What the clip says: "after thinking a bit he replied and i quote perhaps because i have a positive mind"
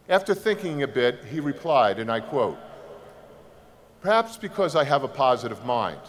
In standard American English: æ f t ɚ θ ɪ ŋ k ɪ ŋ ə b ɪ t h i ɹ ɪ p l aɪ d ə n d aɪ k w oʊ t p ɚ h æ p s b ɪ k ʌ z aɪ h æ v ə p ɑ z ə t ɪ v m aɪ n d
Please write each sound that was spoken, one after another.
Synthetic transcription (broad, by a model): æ f t ɚ θ ɪ ŋ k ɪ ŋ ə b ɪ t h i ɹ ɪ p l aɪ d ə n aɪ k w oʊ t p ɚ h æ p s b ɪ k ʌ z aɪ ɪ v ə p ɑ z ə t ɪ v m aɪ n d